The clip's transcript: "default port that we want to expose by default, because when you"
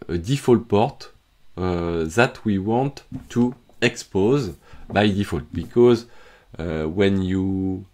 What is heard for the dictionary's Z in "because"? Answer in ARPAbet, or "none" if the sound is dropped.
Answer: Z